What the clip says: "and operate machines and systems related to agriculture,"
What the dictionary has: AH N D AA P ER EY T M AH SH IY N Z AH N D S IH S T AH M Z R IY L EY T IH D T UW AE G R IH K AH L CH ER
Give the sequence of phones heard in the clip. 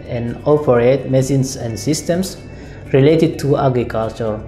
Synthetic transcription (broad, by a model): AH N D AA P ER EY T M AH S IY N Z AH N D S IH S T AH M S R IY L EY T IH D T UW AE G R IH K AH L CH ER